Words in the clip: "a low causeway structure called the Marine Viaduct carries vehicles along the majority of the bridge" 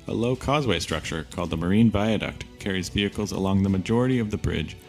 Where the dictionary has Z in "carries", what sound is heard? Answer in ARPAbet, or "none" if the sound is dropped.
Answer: Z